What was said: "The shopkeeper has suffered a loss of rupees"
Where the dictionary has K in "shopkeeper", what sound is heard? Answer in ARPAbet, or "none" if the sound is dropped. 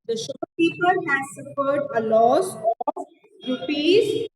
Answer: none